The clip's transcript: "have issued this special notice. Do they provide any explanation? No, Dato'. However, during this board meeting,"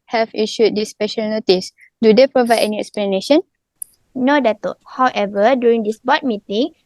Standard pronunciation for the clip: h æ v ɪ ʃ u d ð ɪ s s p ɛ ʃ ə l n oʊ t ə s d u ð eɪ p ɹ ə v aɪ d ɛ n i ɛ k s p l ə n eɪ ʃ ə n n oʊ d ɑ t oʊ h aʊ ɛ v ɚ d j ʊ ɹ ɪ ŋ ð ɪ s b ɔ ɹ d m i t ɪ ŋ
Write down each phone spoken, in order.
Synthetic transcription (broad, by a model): h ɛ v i ʃ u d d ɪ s s p ɛ ʃ ə l n oʊ t ə s d u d eɪ p ɹ ə v aɪ d ɛ n i ɛ k s p l ə n eɪ ʃ ə n n oʊ d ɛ t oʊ h aʊ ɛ v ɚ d j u ɹ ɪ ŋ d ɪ s b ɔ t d m i t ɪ ŋ